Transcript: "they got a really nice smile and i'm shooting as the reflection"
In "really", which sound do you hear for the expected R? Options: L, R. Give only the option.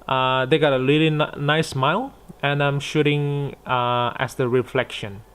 L